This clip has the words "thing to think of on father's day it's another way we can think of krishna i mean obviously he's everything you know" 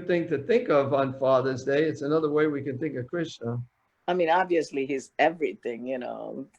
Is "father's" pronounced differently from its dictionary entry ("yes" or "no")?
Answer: no